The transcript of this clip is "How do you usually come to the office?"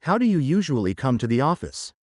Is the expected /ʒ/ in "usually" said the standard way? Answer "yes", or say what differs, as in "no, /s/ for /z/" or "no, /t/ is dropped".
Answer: yes